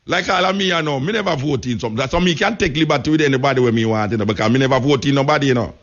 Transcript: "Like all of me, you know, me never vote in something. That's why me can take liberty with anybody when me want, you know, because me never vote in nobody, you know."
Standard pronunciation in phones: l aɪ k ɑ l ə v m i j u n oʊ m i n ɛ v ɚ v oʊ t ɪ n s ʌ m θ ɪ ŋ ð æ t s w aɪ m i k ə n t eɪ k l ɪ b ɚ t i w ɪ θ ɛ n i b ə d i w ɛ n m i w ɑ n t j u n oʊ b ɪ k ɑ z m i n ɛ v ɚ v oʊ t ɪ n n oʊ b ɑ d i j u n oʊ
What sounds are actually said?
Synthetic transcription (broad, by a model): l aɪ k ɑ l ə m i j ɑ n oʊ m i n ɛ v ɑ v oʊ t ɪ n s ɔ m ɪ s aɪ m i k ə n t eɪ k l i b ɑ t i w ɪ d ɛ n i b ə d i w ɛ m i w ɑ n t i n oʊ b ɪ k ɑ m i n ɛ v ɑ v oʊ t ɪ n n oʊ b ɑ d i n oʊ